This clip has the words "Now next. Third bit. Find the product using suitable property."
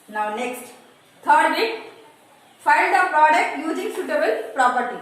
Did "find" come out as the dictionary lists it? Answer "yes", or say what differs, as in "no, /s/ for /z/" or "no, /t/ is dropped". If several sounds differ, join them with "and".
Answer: no, /l/ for /n/